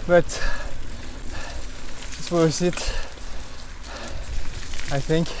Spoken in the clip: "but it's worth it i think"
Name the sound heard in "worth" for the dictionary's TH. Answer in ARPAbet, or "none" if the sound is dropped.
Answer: S